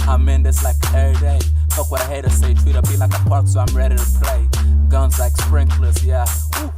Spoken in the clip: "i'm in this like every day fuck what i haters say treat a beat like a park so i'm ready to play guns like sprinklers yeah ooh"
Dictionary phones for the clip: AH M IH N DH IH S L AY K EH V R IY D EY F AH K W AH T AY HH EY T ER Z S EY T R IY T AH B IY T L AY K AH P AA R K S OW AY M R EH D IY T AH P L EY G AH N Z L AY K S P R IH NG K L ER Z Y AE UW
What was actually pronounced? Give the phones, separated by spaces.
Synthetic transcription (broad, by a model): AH M IH N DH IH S L AY K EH R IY D EY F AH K W AH T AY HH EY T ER S EY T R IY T AH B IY L AY K AH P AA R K S OW AY M R EH D IY T AH P L EY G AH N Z L AY K S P R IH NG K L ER S Y AE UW